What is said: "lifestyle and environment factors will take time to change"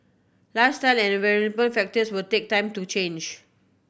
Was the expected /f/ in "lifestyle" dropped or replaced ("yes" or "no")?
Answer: yes